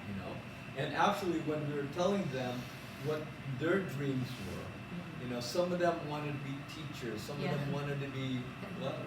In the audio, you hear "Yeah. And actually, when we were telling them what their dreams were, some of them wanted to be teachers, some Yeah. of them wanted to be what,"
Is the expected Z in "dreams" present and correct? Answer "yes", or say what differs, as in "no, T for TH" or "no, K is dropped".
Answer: yes